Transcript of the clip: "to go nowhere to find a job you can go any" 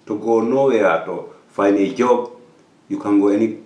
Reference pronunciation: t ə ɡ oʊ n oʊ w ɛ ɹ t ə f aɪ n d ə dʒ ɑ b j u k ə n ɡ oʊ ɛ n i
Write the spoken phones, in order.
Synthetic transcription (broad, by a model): t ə ɡ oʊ n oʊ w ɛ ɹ t ə f aɪ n ə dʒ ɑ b j u k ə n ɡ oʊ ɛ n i